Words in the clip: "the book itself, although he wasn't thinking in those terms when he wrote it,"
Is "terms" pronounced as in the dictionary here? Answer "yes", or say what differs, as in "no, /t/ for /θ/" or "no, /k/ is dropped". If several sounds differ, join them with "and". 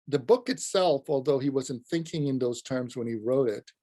yes